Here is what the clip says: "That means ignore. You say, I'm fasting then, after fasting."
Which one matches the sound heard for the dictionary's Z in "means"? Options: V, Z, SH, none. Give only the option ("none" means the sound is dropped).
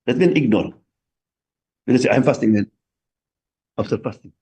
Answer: none